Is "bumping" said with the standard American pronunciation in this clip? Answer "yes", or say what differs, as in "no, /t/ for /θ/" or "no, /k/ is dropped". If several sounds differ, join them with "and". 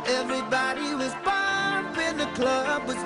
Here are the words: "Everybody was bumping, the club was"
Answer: no, /m/ is dropped